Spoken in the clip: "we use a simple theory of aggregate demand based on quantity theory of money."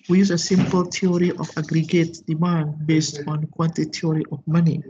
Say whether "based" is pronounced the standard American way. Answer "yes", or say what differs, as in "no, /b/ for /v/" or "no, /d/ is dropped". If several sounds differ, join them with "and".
yes